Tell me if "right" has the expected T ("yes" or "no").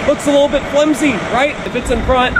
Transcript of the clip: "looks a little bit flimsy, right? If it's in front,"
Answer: yes